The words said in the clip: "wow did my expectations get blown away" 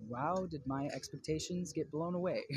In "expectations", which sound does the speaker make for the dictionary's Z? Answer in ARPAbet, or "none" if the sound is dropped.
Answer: Z